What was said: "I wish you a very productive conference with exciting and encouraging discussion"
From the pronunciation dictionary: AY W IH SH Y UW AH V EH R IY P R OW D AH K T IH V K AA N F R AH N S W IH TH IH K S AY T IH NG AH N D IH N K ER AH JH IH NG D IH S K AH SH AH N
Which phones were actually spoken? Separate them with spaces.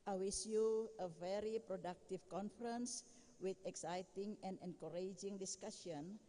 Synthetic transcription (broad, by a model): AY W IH S Y UW AH V EH R IY P R OW D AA K T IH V K AA N F R AH N S W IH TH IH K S AY T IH NG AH N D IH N K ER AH JH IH NG D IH S K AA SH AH N